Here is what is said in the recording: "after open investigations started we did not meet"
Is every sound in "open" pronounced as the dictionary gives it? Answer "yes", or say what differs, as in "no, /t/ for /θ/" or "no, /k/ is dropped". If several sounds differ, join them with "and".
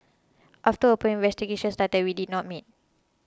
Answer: no, /n/ is dropped